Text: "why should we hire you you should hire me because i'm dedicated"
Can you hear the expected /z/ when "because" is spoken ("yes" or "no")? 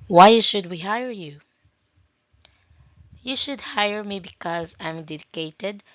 yes